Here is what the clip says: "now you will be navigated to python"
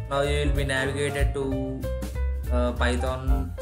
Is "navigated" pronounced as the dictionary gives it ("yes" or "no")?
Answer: yes